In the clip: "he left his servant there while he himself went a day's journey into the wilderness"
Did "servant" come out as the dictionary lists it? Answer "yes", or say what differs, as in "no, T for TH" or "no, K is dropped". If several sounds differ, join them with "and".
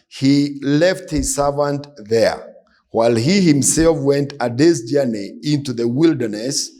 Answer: yes